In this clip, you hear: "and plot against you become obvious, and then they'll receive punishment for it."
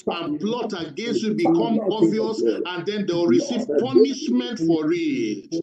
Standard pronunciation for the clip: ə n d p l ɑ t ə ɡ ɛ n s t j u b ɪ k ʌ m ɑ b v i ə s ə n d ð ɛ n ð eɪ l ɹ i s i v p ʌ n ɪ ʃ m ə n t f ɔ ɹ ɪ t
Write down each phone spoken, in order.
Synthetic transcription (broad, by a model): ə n p l ɑ t ə ɡ ɛ n s t j u b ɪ k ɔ m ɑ v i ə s ə n d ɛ n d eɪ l ɹ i s i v p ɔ n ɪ ʃ m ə n t f ɔ ɹ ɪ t